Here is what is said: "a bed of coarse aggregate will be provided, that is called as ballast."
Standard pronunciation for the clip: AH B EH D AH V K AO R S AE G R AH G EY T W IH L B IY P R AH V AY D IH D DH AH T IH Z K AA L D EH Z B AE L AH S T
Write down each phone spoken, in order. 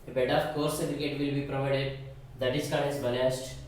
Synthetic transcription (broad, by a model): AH B EH D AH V K AO R S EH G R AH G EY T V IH L B IY P R AH V AY D IH D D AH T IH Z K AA D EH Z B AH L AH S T